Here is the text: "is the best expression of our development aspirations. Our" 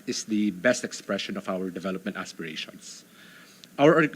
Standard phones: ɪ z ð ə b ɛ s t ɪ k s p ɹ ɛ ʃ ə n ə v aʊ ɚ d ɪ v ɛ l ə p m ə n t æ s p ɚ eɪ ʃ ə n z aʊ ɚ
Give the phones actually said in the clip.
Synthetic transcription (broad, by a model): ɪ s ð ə b ɛ s t ɪ k s p ɹ ɛ ʃ ə n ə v aʊ ɚ d ɪ v ɛ l ə p m ə n t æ s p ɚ eɪ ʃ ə n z aʊ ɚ